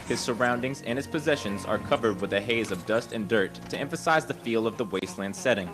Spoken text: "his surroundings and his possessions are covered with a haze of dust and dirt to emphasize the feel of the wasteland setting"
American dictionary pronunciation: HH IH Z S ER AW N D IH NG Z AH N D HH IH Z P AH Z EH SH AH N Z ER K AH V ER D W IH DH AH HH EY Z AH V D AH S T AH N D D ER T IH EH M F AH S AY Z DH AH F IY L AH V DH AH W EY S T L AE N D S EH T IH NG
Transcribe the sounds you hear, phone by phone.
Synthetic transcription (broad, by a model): HH IH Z S ER AW N D IH NG Z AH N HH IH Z P AH Z EH SH AH N Z ER K AH V ER D W IH DH AH HH EY Z AH V D AH S T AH N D D ER T IH EH M F AH S AY Z DH AH F IY L AH V DH AH W EY S T L AE N D S EH T IH NG